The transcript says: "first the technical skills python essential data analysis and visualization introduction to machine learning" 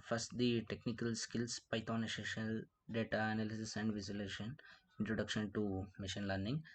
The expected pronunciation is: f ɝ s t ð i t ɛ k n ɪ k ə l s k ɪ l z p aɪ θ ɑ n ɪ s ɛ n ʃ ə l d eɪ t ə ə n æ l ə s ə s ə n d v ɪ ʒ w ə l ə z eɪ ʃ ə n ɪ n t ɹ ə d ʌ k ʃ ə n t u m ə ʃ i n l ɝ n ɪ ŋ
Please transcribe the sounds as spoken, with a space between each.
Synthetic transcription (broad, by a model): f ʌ s t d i t ɛ k n ɪ k ə l s k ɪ l s p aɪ t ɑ n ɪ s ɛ ʃ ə l d eɪ t ə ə n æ l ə s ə s ə n d v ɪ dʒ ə l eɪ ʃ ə n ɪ n t ɹ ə d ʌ k ʃ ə n t u m ə ʃ i n l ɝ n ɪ ŋ